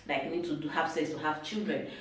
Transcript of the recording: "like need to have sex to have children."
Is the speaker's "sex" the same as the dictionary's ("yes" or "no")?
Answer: no